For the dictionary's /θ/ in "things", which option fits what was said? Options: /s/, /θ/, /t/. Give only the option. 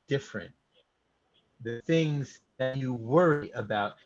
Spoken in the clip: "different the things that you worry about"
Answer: /θ/